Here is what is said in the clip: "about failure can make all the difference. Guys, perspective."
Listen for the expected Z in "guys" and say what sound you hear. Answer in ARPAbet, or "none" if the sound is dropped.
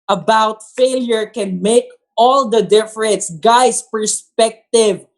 S